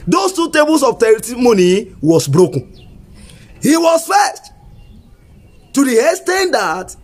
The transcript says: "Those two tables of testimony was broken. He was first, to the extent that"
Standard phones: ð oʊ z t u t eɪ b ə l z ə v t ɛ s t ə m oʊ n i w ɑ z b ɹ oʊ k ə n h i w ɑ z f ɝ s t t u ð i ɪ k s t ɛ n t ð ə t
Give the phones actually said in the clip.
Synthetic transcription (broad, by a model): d oʊ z t u t eɪ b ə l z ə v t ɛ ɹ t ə m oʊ n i w ɑ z b ɹ oʊ k ə n h i w ɑ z f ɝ s t t u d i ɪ s t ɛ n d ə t